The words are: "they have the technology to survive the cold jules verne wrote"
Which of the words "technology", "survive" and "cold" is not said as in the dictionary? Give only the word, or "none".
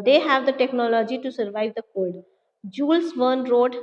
cold